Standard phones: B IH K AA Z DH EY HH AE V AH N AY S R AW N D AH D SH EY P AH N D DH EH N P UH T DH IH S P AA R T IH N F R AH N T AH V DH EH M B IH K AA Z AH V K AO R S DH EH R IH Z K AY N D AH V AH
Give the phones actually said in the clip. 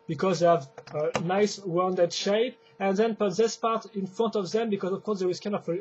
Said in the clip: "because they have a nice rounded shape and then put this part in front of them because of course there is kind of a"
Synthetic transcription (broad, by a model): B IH K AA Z DH EY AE V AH N AY S W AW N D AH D SH EY P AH N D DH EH N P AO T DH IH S P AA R T IH N F R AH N T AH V DH EH M B IH K AA Z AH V K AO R S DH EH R IH Z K AY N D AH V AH